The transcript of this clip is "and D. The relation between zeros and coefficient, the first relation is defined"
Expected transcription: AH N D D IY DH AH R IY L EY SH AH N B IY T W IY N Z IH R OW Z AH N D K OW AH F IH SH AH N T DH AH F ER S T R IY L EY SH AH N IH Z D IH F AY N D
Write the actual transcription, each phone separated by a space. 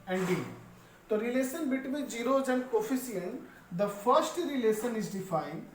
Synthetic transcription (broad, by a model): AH N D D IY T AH R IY L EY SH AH N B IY T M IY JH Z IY R OW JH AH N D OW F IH S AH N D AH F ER S T R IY L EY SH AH N IH Z D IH F AY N D